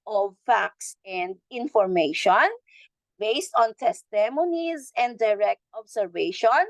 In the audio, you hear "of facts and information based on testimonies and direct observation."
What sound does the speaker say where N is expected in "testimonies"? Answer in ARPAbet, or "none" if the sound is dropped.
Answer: N